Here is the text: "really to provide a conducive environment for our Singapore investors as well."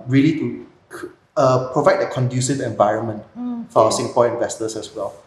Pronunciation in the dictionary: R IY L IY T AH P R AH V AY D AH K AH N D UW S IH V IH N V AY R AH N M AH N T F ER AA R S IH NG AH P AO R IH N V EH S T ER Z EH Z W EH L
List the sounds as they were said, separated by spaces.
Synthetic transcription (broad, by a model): R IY L IY T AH P R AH V AY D AH K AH N D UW S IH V IH N V AY R AH N M AH N T F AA S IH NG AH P AO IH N V EH S T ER S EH S W EH L